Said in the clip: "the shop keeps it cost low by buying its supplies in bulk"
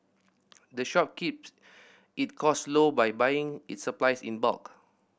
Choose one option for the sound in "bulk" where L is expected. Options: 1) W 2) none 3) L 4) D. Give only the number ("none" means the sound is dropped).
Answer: 2